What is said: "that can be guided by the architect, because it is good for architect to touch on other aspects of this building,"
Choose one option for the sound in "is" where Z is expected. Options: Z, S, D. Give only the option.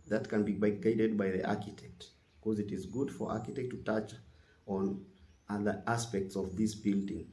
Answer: Z